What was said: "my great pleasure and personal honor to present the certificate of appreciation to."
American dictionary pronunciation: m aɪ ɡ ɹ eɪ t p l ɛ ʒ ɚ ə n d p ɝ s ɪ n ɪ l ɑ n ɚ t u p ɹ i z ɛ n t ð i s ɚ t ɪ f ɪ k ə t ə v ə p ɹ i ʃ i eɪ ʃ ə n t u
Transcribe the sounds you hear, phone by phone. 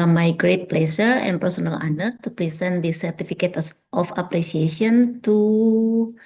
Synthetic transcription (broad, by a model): m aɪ ɡ ɹ eɪ t p l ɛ s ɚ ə n p ɝ s ɪ n ɪ l ɑ n ɚ t u p ɹ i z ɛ n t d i s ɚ t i f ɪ k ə t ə f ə p ɹ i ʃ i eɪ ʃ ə n t u